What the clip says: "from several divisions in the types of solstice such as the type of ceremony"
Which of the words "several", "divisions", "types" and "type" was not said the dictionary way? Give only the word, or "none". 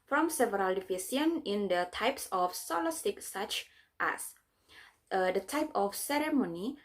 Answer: divisions